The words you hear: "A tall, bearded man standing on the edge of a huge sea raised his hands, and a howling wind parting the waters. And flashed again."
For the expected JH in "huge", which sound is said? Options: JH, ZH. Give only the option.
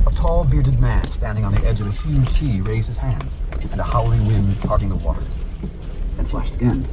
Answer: ZH